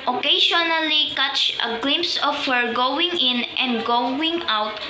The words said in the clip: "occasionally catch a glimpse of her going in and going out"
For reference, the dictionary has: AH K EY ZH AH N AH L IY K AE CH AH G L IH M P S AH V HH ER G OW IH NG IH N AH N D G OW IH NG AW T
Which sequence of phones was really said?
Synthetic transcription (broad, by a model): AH K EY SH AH N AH L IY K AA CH AH G L IH M P S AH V HH ER G OW IH NG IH N AH N D G OW IH NG AW T